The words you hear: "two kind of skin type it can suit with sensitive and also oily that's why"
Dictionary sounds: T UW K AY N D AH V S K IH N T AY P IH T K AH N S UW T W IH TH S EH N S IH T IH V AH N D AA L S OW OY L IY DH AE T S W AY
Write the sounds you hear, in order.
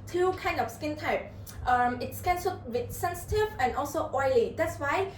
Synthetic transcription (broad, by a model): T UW K AY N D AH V S K IH N T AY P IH T K AH N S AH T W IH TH S EH N S IH T IH V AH N AA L S OW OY IY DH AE T S W AY